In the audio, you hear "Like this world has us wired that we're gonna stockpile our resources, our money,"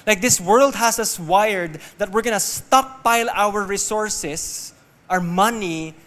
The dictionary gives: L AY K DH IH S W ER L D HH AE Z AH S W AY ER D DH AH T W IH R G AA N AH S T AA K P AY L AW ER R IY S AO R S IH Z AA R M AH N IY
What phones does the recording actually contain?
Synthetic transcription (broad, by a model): L AY K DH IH S W ER L D HH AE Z AH S W AY ER D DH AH T W IH R G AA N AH S T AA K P AY L AW ER R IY S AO R S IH S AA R M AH N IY